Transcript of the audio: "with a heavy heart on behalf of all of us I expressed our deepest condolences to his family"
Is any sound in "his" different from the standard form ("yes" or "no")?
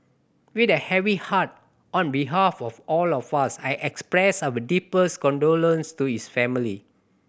yes